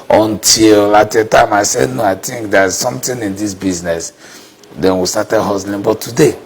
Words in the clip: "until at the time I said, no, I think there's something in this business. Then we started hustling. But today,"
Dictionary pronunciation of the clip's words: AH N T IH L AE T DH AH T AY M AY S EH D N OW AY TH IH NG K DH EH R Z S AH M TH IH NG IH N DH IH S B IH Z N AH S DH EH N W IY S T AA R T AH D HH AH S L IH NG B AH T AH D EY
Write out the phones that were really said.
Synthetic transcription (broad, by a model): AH N T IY L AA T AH T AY M AY S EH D N OW AY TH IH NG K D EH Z S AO M T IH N IH N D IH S B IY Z N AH S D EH N W IY S T AA T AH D HH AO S L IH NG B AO T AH D EY